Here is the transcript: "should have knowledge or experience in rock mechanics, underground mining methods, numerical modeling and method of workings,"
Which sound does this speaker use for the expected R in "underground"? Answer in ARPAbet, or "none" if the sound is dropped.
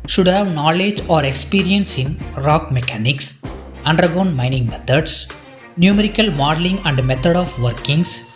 none